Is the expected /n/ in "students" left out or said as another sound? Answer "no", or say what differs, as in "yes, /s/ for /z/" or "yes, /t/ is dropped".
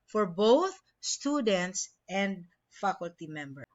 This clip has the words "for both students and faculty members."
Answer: no